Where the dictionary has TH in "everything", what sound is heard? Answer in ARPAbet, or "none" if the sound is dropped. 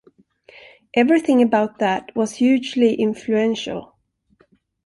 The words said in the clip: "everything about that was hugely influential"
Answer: TH